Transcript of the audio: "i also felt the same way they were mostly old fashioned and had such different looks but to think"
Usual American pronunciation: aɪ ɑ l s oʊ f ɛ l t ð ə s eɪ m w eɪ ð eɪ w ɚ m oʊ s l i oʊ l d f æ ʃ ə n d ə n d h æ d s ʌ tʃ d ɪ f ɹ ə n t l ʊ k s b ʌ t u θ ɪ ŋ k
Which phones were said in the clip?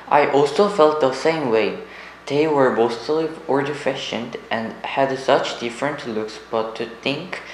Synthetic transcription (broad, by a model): aɪ ɑ l s oʊ f ɛ l t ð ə s eɪ m w eɪ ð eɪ w ɚ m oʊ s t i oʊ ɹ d f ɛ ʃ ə n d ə n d h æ d s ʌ tʃ d ɪ f ɹ ə n t l ʊ k s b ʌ t u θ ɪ ŋ k